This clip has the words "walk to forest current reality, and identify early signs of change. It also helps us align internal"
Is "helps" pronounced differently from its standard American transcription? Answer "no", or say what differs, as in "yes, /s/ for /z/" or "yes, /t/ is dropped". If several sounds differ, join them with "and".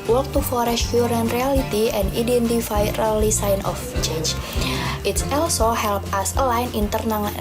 yes, /s/ is dropped